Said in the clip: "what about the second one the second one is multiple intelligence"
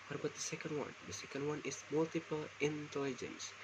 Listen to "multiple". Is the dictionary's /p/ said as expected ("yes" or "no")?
yes